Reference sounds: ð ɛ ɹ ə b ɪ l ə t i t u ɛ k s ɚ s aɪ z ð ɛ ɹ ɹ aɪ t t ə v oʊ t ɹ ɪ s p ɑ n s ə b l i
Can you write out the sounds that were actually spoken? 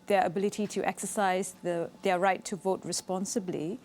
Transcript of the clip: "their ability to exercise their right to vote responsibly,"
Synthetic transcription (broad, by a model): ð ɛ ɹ ə b ɪ l ə t i t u ɛ k s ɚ s aɪ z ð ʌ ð ɹ aɪ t t ə v oʊ t ɹ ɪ s p ɑ n s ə b l i